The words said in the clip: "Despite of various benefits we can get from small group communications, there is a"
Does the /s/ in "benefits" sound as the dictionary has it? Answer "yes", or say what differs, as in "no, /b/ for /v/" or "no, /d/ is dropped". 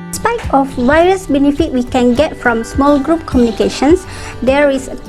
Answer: no, /s/ is dropped